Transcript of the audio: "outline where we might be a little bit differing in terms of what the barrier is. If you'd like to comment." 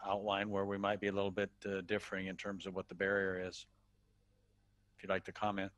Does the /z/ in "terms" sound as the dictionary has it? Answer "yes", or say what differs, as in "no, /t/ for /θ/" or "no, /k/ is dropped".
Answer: yes